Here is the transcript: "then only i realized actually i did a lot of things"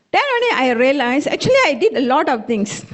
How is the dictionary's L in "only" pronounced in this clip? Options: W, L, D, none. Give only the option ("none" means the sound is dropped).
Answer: none